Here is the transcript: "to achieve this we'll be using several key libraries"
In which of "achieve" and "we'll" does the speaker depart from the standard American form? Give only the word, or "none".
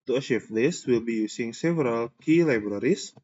achieve